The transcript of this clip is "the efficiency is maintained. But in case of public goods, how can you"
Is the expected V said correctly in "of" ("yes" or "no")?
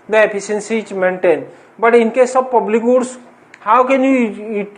no